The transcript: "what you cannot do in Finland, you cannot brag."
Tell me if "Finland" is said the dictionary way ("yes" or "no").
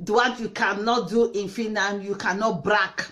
no